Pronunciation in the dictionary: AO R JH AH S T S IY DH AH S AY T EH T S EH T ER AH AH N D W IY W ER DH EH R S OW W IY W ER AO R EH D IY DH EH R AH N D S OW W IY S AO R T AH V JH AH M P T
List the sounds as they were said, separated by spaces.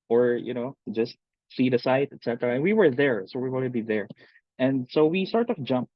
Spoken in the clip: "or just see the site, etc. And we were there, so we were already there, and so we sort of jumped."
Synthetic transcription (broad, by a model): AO R JH AH S T S IY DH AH S AY T EH T S EH T ER AH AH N W IY W ER DH EH R S OW W IY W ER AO EH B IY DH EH R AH N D S OW W IY S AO R T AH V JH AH M P